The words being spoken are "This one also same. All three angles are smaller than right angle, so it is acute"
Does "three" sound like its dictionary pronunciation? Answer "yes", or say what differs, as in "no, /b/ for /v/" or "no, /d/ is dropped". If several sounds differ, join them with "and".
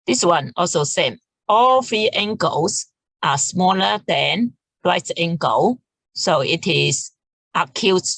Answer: no, /f/ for /θ/